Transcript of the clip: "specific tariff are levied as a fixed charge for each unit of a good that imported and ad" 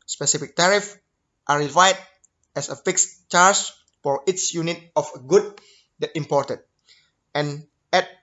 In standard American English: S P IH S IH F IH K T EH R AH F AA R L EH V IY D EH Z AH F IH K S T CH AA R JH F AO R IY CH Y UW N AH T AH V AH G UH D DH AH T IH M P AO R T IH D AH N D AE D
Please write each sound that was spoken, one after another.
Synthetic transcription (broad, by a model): S P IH S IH F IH K T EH R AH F AA R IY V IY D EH S AH F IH K S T CH AA R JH F AO R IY S Y UW N AH T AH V AH G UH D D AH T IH M P AO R T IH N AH N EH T